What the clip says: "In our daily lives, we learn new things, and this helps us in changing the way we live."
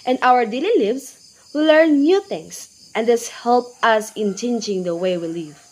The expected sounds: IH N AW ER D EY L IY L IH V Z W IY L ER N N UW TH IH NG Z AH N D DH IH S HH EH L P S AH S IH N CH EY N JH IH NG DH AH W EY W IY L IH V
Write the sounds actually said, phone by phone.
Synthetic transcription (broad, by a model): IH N AW ER D EY L IY L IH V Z W IY L ER N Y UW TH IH NG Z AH N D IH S HH EH L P AH S IH N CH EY N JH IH NG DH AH W EY W IY L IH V